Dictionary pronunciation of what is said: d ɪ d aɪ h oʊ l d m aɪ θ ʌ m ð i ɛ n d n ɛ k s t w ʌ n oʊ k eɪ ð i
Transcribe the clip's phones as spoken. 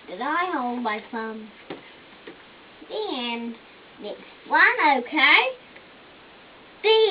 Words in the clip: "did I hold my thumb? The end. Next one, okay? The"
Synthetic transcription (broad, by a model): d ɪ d aɪ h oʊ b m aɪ s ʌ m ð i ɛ n n ɛ k s t w ʌ n oʊ k eɪ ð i